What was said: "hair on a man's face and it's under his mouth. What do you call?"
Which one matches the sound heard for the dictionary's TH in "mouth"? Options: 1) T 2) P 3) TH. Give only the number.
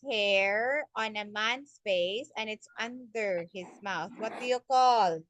3